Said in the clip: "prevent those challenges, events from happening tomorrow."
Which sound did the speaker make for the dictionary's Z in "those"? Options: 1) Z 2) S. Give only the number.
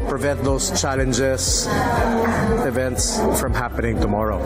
2